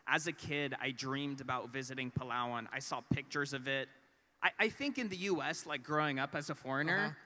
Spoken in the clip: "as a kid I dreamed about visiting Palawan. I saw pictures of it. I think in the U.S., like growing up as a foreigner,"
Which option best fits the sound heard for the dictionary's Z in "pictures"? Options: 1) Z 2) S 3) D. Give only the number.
1